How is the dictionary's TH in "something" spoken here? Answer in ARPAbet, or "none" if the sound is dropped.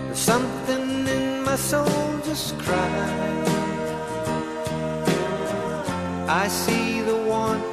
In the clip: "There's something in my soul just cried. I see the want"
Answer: TH